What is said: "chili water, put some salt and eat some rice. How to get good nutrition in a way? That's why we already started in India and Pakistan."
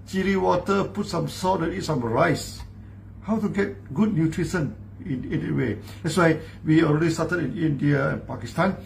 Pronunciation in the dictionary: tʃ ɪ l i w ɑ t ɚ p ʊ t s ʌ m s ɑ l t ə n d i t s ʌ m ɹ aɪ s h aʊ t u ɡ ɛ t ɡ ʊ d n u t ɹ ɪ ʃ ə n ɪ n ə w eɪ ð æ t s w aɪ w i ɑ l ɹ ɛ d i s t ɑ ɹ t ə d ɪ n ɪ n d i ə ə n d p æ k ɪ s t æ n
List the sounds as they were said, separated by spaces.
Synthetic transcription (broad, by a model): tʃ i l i w ɑ t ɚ p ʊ t s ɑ m s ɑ t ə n i t s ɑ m ɹ aɪ s h aʊ t u ɡ ɛ t ɡ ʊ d n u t ɹ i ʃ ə n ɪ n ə w eɪ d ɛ t s w aɪ w i ɑ l ɹ ɛ d i s t ɑ t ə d ɪ n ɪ n d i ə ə n p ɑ k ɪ s t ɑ n